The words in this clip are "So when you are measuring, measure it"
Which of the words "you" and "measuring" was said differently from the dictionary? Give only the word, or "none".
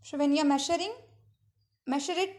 measuring